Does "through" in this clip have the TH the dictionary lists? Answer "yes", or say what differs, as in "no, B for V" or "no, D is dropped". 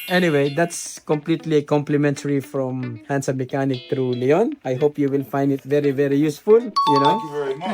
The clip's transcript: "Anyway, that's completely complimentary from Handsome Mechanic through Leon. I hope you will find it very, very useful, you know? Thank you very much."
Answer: no, T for TH